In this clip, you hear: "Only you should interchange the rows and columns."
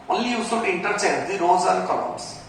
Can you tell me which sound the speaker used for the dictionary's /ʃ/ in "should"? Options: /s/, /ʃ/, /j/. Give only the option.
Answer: /s/